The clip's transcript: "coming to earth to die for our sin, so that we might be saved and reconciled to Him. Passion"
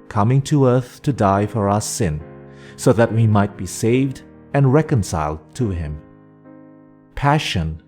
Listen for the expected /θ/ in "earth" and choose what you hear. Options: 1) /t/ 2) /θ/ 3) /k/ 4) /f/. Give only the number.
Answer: 2